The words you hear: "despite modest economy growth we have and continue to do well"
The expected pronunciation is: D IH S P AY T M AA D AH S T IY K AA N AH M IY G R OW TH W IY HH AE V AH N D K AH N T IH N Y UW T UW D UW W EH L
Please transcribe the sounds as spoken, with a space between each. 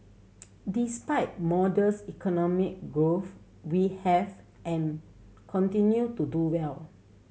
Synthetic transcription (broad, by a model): D IH S P AY T M AA D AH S IY K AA N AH M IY G R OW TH W IY HH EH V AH N K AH N T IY N Y UW T UW D UW W EH L